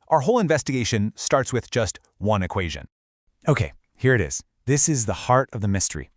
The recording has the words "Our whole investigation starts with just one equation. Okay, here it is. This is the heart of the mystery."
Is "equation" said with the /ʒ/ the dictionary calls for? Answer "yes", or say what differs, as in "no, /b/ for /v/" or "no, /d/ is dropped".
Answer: yes